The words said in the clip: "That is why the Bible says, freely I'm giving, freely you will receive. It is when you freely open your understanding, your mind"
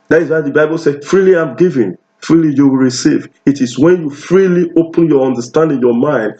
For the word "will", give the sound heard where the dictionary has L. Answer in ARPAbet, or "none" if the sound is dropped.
L